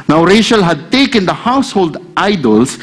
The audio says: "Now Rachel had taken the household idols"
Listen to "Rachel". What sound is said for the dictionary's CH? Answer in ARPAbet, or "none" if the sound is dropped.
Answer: SH